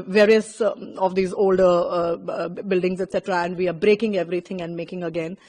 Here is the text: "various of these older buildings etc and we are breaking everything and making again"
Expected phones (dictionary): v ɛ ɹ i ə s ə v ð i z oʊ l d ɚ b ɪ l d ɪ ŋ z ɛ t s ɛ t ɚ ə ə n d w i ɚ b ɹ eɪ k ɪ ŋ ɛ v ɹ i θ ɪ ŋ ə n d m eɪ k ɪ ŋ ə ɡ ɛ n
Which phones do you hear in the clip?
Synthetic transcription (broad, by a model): v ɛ ɹ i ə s ə v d i z oʊ l d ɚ b ɪ l d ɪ ŋ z ɛ t s ɛ t ɚ ə ə n d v i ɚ b ɹ eɪ k ɪ ŋ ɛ v ɹ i t ɪ ŋ ə n d m eɪ k ɪ ŋ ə ɡ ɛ n